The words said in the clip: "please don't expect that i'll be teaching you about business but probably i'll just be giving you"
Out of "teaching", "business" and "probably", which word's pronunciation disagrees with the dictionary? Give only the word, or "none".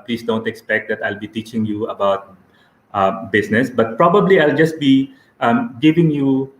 business